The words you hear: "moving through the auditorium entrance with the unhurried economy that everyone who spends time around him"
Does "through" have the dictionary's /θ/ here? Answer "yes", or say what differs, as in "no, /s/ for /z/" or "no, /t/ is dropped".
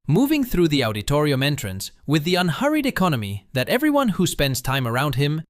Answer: yes